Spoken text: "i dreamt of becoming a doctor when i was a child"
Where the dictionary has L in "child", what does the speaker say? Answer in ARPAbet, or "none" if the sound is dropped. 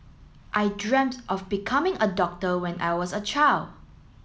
L